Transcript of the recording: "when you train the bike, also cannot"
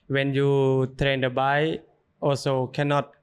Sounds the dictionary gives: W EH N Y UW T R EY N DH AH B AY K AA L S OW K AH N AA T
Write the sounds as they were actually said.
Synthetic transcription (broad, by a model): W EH N Y UW T R EY N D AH B AY AA L S OW K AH N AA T